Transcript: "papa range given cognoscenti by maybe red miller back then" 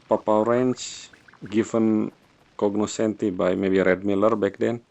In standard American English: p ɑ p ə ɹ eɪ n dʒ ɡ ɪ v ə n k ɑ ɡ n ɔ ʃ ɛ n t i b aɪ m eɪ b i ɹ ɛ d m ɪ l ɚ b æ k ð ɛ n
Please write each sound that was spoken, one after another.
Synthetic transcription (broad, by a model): p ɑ p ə ɹ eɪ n tʃ ɡ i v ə n k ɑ ɡ n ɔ s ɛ n t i b aɪ m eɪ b i ɹ ɛ d m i l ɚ b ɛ k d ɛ n